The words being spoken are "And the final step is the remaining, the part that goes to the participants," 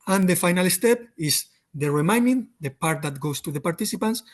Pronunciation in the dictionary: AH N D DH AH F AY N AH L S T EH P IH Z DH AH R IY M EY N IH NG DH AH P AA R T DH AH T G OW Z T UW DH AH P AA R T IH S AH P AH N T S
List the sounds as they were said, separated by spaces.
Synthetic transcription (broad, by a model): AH N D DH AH F AY N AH L S T EH P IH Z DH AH R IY M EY N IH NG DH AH P AA R T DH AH T G OW S T UW DH AH P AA R T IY S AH P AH N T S